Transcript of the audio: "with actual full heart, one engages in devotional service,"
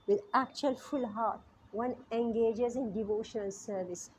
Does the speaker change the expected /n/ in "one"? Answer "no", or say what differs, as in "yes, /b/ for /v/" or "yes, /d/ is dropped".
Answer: no